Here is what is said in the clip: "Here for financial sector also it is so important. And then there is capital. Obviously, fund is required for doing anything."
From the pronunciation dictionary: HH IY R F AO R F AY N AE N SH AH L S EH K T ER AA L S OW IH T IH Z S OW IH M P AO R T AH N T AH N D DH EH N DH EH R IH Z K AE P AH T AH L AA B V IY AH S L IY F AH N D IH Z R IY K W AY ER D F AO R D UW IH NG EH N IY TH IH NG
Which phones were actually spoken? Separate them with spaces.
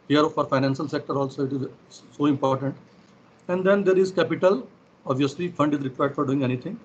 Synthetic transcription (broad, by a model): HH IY R F AO R F AY N AE N SH AH L S EH K T ER AA L S OW IH T IH Z S OW IH M P AO R T AH N T AH N D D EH N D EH R IH Z K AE P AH T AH L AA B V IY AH S L IY F AH N D IH Z R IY K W AY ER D F AO R D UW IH NG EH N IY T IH NG